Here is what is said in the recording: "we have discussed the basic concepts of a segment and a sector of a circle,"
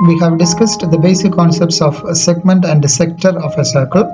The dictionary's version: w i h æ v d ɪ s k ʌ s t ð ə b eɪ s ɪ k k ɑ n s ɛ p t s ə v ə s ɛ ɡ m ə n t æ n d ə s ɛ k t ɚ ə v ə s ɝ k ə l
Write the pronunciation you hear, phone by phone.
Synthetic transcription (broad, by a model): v i h æ v d ɪ s k ʌ s t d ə b eɪ s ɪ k k ɑ n s ɛ p t s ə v s ɛ ɡ m ə n t æ n d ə s ɛ k t ɚ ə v ə s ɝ k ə l